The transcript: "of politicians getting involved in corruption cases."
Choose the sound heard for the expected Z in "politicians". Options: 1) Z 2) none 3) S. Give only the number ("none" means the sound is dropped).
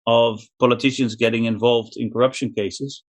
1